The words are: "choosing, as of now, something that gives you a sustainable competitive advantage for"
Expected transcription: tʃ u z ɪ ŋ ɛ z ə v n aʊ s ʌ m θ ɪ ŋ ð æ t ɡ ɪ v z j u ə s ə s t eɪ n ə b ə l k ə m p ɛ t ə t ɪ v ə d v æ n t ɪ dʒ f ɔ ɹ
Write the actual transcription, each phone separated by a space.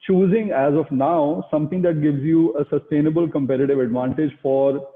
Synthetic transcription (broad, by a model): tʃ u z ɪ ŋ ɛ z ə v n aʊ s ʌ m t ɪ ŋ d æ t ɡ ɪ v z j u ə s ə s t eɪ n ə b ə l k ə m p ɛ t ə t ɪ v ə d v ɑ n t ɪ dʒ f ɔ ɹ